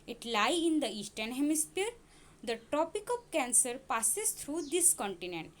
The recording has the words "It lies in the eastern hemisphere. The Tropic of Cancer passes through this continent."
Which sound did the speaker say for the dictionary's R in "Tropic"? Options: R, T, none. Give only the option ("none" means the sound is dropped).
none